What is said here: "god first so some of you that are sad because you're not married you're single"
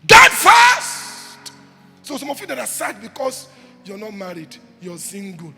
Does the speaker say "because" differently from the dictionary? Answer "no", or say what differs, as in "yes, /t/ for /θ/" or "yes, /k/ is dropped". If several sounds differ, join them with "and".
yes, /s/ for /z/